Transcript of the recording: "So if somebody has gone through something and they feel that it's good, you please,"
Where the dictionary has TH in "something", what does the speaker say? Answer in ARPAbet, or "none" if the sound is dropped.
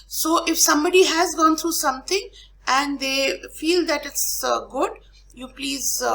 T